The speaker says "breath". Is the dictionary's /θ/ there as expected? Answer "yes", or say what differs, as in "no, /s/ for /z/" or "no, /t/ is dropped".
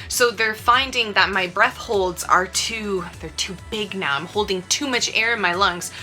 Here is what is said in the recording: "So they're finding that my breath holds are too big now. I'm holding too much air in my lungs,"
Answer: yes